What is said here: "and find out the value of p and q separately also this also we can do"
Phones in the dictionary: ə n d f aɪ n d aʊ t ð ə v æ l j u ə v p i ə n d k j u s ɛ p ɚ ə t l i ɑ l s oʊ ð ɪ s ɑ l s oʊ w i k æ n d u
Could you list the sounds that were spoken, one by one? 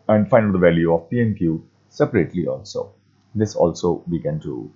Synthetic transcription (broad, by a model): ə n d f aɪ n ʌ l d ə v æ l j u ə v p i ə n k j u s ɛ p ɚ ə t l i ɑ l s oʊ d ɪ s ɑ l s oʊ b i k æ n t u